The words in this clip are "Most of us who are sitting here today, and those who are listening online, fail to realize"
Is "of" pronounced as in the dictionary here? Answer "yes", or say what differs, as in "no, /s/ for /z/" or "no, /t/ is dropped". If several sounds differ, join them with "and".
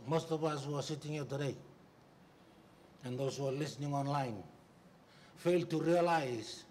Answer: no, /p/ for /v/